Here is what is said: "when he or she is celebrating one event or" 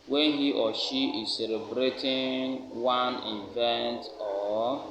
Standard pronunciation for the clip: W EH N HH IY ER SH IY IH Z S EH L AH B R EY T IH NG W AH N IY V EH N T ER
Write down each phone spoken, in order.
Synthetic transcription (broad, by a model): W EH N HH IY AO SH IY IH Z S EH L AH B R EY T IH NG W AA N IY V EH N T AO